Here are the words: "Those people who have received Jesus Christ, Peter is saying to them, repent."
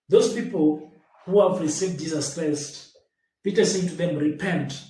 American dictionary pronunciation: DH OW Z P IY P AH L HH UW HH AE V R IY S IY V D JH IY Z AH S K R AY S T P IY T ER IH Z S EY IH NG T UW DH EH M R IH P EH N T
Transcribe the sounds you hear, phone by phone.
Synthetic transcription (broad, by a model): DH OW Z P IY P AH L HH UW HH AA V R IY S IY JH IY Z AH S K R AY S T P IY T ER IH S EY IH T UW DH EH M R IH P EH N T